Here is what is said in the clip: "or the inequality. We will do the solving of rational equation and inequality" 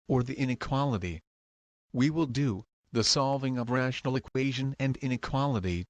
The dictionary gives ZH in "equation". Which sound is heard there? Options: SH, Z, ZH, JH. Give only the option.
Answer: ZH